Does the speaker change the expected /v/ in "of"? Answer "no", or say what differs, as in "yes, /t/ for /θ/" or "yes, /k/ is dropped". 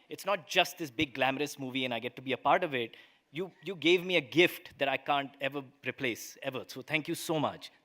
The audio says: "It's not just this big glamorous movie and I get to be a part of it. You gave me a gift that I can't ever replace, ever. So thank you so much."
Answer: no